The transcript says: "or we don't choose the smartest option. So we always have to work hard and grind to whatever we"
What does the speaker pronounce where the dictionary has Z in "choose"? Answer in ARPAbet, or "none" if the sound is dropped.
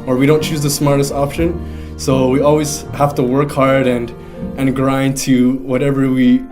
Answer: Z